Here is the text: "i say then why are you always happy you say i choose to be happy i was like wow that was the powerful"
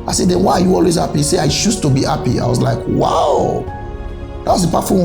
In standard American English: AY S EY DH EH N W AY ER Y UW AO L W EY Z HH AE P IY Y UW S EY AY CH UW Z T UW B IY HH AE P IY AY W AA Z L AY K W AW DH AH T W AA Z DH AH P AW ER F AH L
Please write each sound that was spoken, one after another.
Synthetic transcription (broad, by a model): AY S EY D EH N W AY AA Y UW AO L W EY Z HH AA P IY S EY AY SH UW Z T UW B IY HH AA P IY AY W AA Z L AY K W AW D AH T W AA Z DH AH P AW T F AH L